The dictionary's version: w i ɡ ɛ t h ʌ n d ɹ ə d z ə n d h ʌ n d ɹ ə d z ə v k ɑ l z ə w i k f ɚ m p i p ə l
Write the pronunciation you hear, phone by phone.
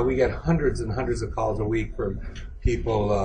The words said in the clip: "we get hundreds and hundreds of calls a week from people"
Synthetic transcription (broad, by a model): w i ɡ ɛ t h ʌ n d ɹ ə d z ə n h ʌ n d ɹ ə d z ə v k ɑ l z ə w i k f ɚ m p i p l